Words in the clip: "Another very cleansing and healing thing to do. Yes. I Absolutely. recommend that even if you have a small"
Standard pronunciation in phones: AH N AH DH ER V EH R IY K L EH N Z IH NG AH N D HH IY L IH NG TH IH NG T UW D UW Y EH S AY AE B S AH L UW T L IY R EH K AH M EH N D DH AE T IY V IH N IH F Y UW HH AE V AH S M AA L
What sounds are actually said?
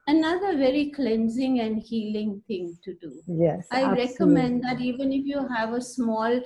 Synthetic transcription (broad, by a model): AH N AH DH ER V EH R IY K L EH N Z IH NG AH N D HH IY L IH NG T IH NG T UW D UW Y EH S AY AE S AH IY R EH K AH M EH N D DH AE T IY V IH N IH F Y UW HH AE V AH S M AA L